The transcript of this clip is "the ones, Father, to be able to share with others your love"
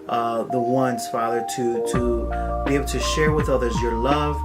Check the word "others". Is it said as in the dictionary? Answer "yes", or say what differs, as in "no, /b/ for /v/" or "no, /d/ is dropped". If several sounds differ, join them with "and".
yes